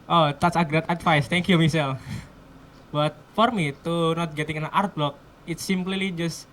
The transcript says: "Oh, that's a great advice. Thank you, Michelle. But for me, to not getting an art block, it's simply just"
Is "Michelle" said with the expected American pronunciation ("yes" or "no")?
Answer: no